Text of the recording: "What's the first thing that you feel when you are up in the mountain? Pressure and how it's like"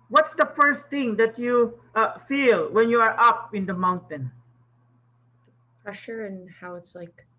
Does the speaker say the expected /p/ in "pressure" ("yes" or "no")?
yes